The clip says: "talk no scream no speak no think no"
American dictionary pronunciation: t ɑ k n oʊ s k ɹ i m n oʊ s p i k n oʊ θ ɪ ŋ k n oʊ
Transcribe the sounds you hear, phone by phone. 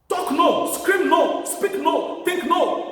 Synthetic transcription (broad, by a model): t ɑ k n oʊ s k ɹ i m n oʊ s p i k n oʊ t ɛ k n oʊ